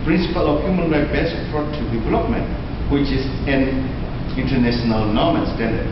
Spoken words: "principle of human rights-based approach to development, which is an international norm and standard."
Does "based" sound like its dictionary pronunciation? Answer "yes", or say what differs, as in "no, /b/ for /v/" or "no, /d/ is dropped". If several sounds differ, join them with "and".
no, /t/ is dropped